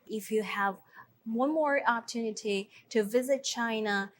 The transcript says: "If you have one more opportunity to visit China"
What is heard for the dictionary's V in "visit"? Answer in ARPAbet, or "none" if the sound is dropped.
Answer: V